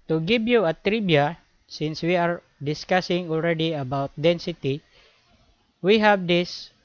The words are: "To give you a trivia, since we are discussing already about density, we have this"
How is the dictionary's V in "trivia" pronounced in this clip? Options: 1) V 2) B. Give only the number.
2